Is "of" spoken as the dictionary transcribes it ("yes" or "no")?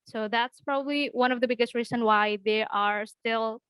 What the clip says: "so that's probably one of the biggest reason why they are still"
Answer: yes